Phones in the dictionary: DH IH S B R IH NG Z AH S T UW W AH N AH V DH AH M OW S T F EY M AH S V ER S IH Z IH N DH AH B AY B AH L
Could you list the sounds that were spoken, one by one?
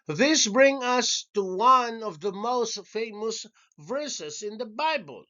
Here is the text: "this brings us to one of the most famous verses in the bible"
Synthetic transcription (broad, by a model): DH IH S B R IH NG AH S T UW W AH N AH V DH AH M OW S T F EY M AH S V ER S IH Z IH N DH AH B AY B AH L